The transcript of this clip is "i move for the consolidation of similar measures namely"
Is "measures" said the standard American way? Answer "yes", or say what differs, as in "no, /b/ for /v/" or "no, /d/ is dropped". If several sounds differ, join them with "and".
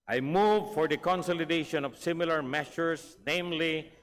no, /ʃ/ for /ʒ/ and /s/ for /z/